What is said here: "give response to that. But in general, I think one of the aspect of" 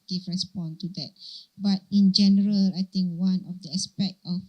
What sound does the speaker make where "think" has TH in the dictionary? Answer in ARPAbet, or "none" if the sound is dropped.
T